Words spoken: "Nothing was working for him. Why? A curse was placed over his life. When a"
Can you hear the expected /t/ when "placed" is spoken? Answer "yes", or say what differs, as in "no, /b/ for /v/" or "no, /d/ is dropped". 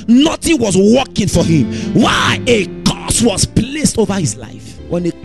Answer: yes